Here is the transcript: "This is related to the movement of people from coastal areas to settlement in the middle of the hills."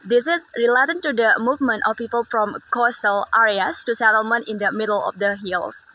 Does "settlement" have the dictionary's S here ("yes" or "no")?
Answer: yes